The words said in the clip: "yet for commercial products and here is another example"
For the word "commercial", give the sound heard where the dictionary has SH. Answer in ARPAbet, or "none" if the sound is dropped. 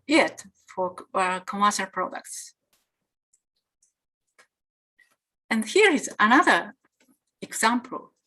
S